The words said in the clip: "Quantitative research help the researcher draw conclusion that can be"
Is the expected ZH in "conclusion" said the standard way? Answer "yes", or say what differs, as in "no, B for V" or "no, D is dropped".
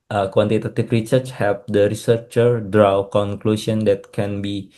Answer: no, S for ZH